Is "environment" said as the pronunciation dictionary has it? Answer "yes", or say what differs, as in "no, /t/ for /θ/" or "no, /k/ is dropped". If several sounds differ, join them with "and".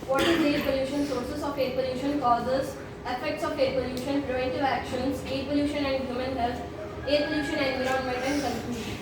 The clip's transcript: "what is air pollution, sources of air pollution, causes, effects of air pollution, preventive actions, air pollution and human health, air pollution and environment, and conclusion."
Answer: no, /ɹ/ is dropped